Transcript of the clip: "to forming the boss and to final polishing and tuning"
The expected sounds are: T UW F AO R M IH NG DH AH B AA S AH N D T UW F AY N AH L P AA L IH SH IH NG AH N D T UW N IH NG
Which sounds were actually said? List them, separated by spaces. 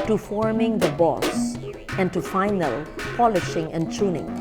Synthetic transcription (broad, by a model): T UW F AO R M IH NG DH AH B AA S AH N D T UW F AY N AH L P AA L IH SH IH NG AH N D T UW N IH NG